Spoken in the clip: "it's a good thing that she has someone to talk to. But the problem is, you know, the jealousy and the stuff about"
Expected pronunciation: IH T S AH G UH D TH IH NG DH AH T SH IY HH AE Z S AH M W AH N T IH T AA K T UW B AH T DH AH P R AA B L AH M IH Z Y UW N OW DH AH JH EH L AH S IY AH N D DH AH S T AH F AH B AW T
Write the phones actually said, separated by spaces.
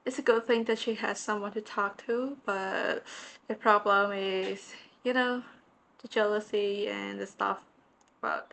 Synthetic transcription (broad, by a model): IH T S AH G UH D TH IH NG DH AH T SH IY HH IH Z S AH M W AH N T IH T AA K T UW B AH T DH AH P R AA B L AH M IH Z Y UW N OW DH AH JH EH L AH S IY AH N DH AH S T AH F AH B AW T